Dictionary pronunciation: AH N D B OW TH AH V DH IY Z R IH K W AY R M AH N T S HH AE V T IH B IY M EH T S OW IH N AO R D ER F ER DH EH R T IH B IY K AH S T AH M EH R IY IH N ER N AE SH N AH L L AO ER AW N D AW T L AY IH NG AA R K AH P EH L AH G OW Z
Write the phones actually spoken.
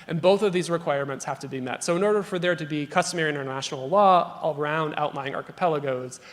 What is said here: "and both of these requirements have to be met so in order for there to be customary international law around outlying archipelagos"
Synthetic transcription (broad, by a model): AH N B OW TH AH V DH IY Z R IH K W AY R M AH N T S HH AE F T IH B IY M EH T S OW IH N AO R D ER F ER DH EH R T IH B IY K AH S T AH M EH R IY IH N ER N AE SH N L L AO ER AW N D AW T L AY IH NG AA R K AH P EH L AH G OW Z